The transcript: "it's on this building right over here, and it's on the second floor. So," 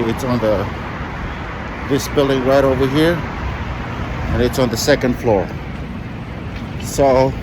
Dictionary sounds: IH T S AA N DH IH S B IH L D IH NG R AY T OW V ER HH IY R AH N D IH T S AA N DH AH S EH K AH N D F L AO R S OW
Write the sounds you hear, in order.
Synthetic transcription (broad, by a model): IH T S N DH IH S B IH L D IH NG R AY T OW V ER HH IY R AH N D IH T S N DH AH S EH K AH N D F L AO R S OW